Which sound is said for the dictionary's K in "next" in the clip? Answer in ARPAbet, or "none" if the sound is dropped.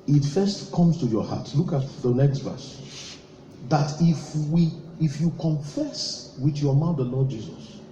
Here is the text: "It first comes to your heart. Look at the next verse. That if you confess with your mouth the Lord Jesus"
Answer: K